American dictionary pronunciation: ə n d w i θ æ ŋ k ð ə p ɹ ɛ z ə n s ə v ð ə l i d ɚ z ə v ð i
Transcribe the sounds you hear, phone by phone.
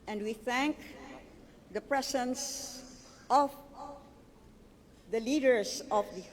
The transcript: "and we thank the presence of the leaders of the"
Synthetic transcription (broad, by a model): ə n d w i θ æ ŋ k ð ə p ɹ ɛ s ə n s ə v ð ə l i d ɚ s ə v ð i